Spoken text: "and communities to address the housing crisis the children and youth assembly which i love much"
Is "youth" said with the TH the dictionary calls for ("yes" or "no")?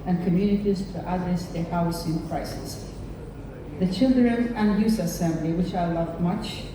no